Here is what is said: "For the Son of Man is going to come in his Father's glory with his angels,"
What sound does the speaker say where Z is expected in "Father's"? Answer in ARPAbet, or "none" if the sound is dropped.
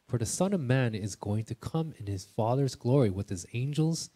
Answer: Z